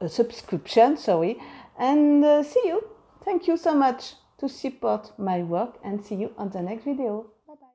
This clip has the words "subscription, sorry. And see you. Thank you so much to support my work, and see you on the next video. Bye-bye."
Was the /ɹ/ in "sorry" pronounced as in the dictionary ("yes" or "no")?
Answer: no